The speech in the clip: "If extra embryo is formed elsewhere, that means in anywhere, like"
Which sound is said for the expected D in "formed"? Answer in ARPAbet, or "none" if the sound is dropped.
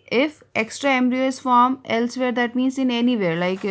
none